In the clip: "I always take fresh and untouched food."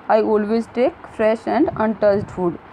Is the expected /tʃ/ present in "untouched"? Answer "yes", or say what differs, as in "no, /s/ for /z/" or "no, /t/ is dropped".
no, /s/ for /tʃ/